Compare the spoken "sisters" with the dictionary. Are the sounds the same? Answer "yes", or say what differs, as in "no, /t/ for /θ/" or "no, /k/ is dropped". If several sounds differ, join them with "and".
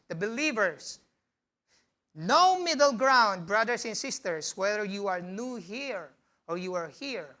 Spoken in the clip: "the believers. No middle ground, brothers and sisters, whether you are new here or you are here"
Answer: no, /s/ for /z/